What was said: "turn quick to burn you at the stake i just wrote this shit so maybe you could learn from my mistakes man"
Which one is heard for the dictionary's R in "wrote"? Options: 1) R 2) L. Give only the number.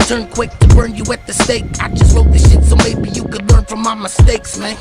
2